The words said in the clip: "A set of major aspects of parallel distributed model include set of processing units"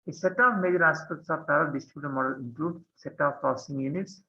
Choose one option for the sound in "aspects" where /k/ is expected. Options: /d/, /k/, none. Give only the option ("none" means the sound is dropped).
none